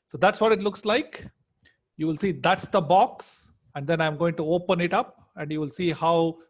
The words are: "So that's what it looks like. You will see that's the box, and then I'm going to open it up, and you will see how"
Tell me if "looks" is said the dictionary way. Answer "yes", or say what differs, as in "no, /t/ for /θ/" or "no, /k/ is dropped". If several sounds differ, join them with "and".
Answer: yes